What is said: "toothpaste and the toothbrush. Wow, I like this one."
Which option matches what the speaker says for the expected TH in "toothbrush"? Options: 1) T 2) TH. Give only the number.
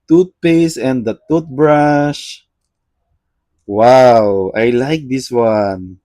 1